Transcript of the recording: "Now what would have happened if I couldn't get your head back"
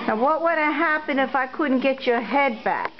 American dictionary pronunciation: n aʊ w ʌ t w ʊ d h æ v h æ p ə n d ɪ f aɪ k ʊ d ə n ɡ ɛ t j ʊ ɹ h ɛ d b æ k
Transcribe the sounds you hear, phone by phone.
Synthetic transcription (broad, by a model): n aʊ w ʌ t w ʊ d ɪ h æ p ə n ɪ f aɪ k ʊ d n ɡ ɛ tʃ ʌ ɹ h ɛ d b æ k